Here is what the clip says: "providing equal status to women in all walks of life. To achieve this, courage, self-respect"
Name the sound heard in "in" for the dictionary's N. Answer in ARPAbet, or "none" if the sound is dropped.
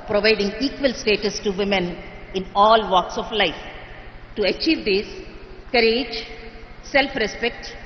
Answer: N